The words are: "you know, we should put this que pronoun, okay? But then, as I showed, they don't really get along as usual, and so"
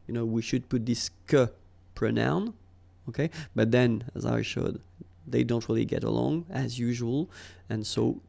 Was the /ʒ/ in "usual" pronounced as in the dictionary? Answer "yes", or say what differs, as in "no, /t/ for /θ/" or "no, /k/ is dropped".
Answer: yes